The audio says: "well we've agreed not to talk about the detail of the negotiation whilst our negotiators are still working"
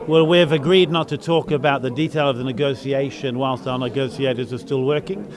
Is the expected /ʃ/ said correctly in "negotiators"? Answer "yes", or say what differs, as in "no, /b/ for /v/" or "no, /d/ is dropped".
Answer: no, /s/ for /ʃ/